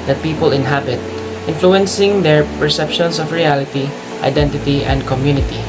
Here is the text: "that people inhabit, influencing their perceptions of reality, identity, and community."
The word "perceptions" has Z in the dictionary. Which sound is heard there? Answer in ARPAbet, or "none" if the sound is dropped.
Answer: S